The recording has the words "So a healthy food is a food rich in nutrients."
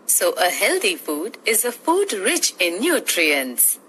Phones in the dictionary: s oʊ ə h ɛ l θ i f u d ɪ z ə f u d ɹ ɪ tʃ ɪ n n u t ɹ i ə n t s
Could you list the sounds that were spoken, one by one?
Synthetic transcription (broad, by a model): s oʊ ə h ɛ l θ i f u d ɪ z ə f u d ɹ ɪ tʃ ɪ n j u t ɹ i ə n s